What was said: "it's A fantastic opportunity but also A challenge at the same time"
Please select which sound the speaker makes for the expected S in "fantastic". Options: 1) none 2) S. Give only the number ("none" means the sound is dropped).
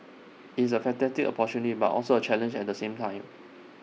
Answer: 1